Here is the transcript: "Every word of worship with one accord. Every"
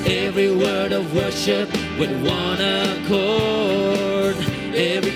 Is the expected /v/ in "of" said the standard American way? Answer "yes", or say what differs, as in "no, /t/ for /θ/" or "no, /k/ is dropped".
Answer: yes